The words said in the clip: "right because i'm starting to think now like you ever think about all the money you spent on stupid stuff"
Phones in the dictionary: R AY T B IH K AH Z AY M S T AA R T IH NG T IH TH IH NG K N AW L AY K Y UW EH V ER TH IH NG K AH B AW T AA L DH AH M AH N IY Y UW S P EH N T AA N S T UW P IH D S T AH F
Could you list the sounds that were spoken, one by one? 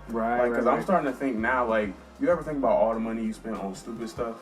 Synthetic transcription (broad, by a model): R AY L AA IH K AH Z AY S T AA R T IH NG T IH TH IH NG K N AW L AY K Y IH EH V ER TH IH NG K AH B AW T AA L DH AH M AH N IY Y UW S P EH N T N S T UW P IH D S T AH F